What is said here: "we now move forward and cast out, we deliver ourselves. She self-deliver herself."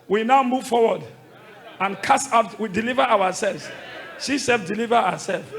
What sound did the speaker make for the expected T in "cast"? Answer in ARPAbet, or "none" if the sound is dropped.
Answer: none